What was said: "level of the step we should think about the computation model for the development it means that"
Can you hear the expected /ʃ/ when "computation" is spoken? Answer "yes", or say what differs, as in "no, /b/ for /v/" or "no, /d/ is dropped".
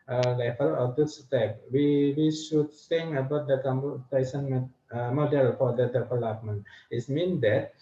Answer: no, /s/ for /ʃ/